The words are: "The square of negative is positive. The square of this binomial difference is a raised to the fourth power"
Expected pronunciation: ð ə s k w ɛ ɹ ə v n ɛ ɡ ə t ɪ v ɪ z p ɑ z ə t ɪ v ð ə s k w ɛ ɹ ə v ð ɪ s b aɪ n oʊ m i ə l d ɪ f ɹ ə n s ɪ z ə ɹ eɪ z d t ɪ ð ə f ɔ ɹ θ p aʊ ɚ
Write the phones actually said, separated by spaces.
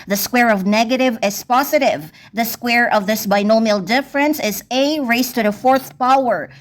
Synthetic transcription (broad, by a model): ð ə s k w ɛ ɹ ə v n ɛ ɡ ə t ɪ v ɪ z p ɑ z ə t ɪ v ð ə s k w ɛ ɹ ə v ð ɪ s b aɪ n oʊ m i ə l d ɪ f ɹ ə n s ɪ z ə ɹ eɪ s t ɪ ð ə f ɔ ɹ θ p aʊ ɚ